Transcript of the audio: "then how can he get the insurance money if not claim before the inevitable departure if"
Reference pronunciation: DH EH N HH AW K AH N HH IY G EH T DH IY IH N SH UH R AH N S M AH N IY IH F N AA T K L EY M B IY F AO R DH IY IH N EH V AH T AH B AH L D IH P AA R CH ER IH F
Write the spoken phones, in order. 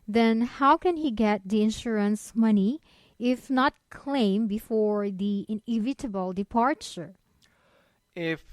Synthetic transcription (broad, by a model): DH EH N HH AW K AH N HH IY G EH T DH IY IH N SH UH R AH N S M AH N IY IH F N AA T K L EY M B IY F AO R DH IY IH N EH V AH T AH B AH L D IH P AA R CH ER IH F